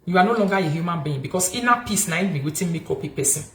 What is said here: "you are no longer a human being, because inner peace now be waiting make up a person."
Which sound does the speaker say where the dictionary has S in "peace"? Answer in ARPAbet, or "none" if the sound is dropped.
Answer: S